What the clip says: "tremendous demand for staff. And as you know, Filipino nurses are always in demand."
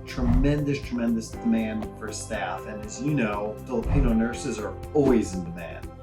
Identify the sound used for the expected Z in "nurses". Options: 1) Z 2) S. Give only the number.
1